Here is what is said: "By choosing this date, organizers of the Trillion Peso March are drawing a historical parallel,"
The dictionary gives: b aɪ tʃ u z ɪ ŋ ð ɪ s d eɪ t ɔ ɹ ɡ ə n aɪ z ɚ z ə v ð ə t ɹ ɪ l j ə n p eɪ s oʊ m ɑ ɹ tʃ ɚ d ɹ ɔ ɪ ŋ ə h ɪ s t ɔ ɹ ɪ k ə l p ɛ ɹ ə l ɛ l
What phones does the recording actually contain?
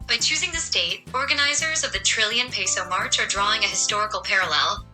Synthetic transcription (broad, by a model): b aɪ tʃ u z ɪ ŋ ð ɪ s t eɪ t ɔ ɹ ɡ ə n aɪ z ɚ z ə v ð ə t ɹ ɪ l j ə n p eɪ s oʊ m ɑ ɹ tʃ ɚ d ɹ ɔ ɪ ŋ ə h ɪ s t ɔ ɹ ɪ k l p ɛ ɹ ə l ɛ l